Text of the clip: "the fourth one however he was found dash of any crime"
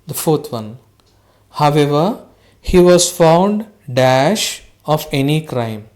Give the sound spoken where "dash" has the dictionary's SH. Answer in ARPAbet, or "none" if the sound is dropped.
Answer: SH